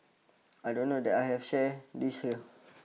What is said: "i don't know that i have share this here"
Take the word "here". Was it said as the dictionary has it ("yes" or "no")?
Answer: no